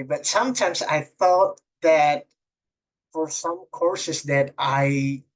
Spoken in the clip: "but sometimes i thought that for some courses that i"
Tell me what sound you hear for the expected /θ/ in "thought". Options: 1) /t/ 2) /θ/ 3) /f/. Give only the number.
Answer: 3